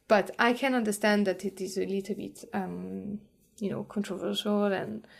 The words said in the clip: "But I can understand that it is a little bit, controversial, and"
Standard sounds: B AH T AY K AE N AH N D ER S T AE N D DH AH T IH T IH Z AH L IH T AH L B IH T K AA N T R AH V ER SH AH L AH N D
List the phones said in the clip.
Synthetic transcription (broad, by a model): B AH T AY K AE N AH N D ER S T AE N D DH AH T IH T IH Z AH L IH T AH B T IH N K AA N T R AH V ER SH AH L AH N